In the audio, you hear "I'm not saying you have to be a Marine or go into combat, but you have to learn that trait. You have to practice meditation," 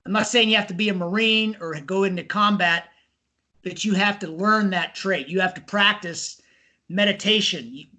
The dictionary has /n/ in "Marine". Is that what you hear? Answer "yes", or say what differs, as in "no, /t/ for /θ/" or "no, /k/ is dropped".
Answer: yes